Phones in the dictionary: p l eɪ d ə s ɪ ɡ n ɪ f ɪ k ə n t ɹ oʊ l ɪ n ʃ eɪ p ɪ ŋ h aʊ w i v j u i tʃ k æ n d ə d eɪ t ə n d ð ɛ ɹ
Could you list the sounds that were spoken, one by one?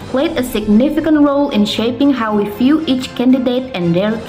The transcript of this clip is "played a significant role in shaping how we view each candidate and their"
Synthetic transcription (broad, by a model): p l eɪ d ə s ɪ ɡ n ɪ f ɪ k ə n t ɹ oʊ l ɪ n ʃ eɪ p ɪ ŋ h aʊ w i f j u i tʃ k æ n d ə d eɪ t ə n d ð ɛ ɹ